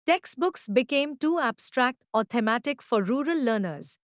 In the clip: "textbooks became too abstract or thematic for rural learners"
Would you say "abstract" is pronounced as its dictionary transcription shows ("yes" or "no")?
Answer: yes